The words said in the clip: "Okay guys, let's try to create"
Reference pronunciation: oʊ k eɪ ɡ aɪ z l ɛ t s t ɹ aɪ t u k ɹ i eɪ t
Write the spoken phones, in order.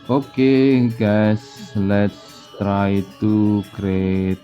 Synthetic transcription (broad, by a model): oʊ k eɪ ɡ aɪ s l ɛ t s t ɹ aɪ t u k ɹ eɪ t